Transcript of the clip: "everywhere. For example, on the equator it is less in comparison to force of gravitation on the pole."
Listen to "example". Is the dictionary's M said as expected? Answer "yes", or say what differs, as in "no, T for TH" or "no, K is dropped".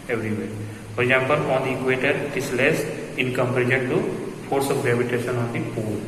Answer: no, M is dropped